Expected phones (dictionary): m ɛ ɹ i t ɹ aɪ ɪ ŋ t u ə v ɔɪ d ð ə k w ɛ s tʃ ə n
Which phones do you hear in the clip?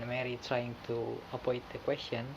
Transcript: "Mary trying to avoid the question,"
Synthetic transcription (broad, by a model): m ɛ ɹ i t ɹ aɪ ɪ ŋ t u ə p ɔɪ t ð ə k w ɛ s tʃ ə n